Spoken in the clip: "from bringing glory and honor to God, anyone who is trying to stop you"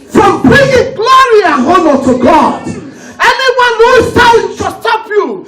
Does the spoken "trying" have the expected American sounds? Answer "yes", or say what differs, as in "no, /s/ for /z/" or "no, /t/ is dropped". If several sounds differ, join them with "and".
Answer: no, /ɹ/ is dropped